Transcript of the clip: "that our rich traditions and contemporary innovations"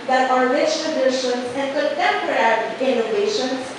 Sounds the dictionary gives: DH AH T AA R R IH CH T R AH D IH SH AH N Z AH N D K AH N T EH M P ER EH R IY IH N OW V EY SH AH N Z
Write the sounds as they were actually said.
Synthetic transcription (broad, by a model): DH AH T AA R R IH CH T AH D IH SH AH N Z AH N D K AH T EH M P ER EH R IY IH N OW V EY SH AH N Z